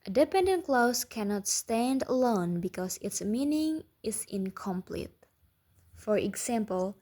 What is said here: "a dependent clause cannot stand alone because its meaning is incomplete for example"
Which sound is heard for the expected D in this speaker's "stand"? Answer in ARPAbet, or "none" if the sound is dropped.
D